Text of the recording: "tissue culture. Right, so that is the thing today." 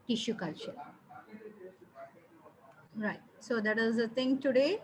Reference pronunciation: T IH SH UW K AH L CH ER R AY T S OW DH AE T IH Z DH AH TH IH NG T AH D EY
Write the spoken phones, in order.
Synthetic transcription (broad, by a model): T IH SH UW K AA CH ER R AY T S OW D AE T IH Z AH T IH NG T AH D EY